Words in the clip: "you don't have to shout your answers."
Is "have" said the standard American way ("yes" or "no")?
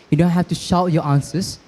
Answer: no